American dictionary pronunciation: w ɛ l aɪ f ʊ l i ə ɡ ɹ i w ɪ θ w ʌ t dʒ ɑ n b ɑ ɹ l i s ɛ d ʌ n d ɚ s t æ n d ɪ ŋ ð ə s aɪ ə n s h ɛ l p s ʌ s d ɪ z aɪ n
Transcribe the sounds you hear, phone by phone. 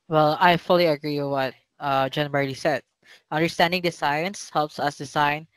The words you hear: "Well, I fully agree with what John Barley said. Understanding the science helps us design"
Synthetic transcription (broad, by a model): w ɛ l aɪ f ʊ l i ə ɡ ɹ i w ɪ w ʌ t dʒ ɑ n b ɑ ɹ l i s ɛ d ʌ n d ɚ s t æ n d ɪ ŋ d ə s aɪ ə n s h ɛ l p s ʌ s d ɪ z aɪ n